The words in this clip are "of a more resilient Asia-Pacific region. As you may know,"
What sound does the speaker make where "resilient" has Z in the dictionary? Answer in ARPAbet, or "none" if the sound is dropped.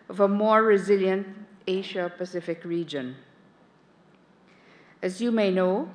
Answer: Z